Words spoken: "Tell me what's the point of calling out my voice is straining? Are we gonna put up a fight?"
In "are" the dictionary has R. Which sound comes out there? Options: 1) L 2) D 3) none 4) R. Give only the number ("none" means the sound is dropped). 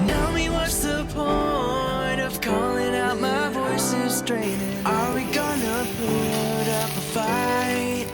1